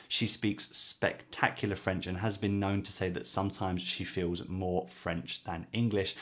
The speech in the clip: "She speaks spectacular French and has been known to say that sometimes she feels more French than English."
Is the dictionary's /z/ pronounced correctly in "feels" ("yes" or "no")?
yes